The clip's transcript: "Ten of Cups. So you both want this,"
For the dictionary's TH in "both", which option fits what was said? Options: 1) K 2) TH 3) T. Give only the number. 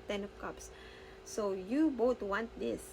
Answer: 3